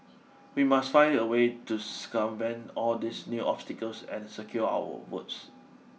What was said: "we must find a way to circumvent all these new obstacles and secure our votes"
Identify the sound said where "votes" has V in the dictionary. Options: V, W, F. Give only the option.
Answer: W